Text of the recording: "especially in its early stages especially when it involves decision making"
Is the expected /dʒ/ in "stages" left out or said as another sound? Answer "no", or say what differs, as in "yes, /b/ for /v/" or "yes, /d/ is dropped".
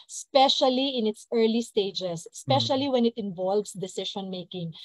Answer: yes, /dʒ/ is dropped